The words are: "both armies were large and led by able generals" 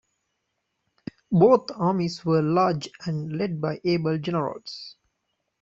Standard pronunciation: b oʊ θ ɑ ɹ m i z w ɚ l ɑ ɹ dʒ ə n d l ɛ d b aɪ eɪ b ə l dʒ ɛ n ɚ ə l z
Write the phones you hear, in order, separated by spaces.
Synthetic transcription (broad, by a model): b oʊ t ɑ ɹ m i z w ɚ l ɑ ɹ dʒ ə n d l ɛ d b aɪ eɪ b ə l dʒ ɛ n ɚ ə l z